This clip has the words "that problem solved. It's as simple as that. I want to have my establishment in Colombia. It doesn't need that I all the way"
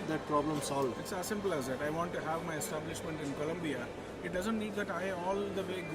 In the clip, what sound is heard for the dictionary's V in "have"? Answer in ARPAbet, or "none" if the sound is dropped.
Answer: V